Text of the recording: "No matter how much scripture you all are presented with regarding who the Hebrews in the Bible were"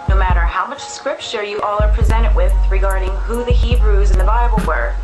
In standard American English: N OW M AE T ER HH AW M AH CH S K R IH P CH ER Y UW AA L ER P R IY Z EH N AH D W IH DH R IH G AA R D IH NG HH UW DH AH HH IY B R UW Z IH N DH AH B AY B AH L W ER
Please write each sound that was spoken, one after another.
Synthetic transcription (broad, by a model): N OW M AE T ER HH AW M AH CH S K R IH P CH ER Y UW AA L ER P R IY Z EH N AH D W IH DH R IH G AA R D IH NG HH UW DH AH HH IY B R UW Z IH N DH AH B AY B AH L W ER